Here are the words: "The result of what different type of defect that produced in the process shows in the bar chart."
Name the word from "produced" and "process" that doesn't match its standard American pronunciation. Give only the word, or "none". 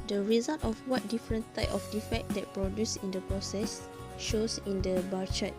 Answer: produced